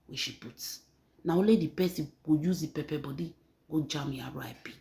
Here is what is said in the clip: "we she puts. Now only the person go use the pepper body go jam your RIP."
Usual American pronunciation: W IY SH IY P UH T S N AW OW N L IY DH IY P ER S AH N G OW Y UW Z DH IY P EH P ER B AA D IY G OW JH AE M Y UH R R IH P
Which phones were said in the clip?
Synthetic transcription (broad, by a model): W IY SH IY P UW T N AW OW L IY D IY P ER S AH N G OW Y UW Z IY P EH P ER B AA D IY G OW JH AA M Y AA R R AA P